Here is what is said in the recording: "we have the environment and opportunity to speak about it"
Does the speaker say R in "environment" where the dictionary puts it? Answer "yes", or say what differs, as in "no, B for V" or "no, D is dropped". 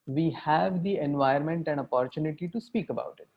no, R is dropped